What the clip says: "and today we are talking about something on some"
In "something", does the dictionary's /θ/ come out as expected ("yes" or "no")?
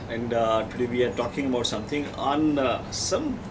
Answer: no